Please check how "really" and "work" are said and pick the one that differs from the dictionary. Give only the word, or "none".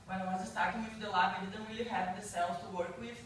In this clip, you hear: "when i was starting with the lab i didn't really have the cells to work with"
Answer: really